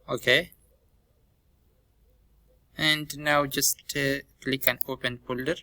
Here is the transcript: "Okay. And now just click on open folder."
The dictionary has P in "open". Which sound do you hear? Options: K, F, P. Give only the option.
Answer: P